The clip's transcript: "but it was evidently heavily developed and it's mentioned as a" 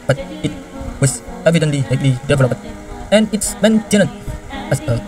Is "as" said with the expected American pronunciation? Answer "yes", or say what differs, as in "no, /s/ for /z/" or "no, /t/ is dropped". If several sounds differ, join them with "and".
no, /s/ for /z/